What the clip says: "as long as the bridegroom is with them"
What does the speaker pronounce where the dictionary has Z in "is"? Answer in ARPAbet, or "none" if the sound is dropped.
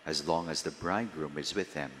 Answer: Z